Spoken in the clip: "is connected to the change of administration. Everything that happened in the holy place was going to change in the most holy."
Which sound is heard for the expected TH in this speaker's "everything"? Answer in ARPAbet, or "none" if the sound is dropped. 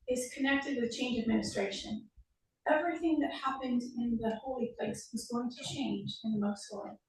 TH